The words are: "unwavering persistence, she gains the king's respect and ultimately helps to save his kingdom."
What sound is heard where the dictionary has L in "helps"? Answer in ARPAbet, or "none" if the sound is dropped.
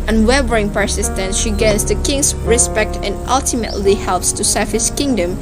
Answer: L